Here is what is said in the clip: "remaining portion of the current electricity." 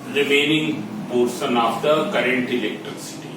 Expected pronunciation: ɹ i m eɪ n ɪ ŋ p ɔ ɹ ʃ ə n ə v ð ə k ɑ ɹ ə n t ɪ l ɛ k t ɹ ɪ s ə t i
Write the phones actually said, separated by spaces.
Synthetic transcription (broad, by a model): ɹ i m eɪ n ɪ ŋ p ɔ ɹ s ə n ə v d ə k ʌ ɹ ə n t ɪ l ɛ k t ɹ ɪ s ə t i